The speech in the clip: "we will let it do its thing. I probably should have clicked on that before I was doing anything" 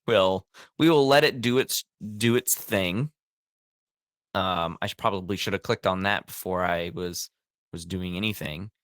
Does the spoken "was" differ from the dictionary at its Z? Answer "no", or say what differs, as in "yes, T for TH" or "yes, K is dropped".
no